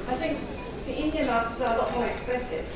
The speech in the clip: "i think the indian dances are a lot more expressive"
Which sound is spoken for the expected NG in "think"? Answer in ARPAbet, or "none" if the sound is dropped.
NG